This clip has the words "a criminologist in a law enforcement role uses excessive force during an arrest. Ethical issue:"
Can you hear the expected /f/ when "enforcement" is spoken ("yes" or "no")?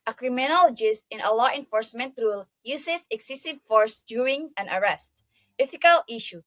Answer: yes